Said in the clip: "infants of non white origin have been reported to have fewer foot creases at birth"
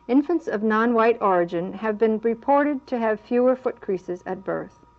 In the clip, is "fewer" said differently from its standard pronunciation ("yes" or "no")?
no